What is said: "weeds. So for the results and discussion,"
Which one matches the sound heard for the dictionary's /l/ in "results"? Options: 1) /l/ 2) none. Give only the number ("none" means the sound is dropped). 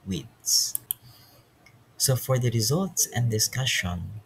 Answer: 1